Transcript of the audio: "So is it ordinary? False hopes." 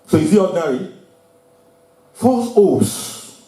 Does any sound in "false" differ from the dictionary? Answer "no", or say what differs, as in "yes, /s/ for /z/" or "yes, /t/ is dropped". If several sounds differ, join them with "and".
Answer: yes, /l/ is dropped